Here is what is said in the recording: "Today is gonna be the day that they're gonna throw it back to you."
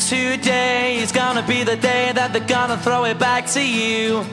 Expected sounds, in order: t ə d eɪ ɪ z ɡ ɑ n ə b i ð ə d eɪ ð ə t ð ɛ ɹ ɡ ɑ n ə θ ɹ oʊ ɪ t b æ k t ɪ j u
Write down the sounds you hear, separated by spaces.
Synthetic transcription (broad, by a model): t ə d eɪ ɪ z ɡ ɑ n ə b i ð ə d eɪ ð ə t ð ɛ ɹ ɡ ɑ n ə θ ɹ oʊ ɪ t b æ k t ɪ j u